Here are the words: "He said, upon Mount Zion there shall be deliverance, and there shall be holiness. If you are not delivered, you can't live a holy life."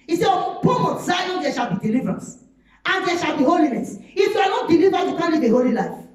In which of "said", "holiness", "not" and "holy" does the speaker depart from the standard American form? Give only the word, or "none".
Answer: said